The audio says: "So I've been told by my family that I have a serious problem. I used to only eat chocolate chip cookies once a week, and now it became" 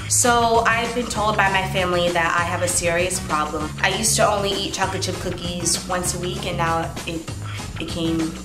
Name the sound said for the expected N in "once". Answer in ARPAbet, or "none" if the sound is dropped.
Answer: N